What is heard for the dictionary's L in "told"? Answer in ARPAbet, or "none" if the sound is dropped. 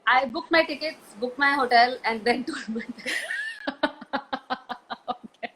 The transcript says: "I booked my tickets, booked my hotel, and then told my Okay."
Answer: none